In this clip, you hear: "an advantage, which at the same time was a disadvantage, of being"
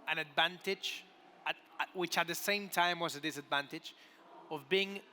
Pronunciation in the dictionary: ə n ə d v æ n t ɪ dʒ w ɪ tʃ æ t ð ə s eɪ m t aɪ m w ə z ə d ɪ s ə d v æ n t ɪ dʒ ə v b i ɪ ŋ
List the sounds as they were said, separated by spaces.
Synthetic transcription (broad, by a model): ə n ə d v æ n t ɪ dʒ w ɪ tʃ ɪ t ð ə s eɪ m t aɪ m w ə z ə d ɪ s ə d v æ n t ɪ dʒ ə v b i ɪ ŋ